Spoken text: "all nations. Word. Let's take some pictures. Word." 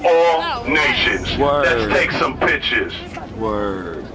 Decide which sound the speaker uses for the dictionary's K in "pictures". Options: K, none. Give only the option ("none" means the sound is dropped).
none